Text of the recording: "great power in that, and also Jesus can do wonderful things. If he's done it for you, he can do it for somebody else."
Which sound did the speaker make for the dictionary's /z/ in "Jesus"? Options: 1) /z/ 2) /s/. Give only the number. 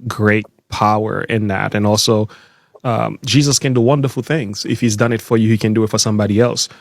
1